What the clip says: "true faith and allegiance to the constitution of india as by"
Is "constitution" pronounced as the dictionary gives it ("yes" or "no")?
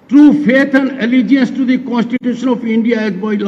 yes